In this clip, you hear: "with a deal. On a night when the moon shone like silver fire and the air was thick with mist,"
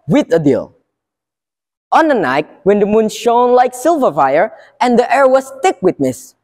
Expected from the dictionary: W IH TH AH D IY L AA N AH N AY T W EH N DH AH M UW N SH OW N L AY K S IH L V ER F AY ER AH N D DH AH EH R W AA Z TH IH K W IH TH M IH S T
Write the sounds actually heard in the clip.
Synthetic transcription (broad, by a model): W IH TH AH D IY L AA N AH N AY T W EH N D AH M UW N SH OW N L AY K S IH L V ER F AY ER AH N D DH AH EH R W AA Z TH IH K W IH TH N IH S